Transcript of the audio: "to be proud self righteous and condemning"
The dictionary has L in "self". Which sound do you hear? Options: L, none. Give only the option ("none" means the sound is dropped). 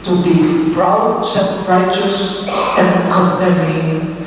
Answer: none